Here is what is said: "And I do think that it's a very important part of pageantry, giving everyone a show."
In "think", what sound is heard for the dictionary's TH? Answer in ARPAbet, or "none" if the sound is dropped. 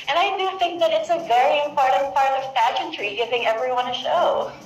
TH